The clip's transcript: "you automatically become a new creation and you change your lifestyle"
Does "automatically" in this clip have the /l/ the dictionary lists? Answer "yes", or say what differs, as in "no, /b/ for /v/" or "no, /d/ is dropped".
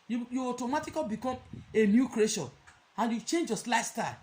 no, /l/ is dropped